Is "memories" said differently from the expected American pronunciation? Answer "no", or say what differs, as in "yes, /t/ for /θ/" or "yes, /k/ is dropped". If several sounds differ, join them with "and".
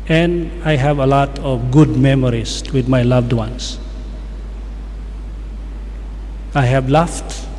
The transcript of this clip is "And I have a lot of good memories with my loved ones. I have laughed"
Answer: yes, /s/ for /z/